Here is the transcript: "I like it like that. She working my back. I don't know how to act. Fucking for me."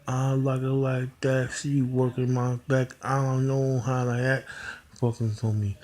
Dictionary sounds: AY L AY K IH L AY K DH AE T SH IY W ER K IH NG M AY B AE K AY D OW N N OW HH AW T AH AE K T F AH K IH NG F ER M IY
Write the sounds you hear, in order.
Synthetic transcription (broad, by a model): AY L AY K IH L AY K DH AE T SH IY W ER K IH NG M AY B AE K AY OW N N OW HH AW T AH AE T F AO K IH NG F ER M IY